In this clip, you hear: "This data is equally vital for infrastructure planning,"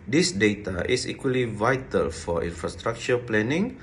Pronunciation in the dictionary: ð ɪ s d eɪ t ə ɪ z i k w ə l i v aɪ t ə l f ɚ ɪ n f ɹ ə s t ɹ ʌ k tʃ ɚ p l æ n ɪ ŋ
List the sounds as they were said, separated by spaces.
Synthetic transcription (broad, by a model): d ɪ s d eɪ t ə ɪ s i k w ə l i v aɪ t ə l f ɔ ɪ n f ɹ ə s t ɹ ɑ k tʃ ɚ p l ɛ n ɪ ŋ